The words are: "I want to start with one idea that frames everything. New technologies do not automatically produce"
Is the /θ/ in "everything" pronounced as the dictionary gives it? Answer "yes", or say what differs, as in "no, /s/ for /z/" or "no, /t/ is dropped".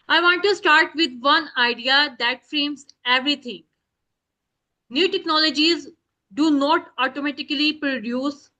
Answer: no, /t/ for /θ/